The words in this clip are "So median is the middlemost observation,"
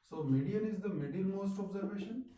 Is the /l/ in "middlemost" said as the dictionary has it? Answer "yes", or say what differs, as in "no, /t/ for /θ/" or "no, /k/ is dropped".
no, /n/ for /l/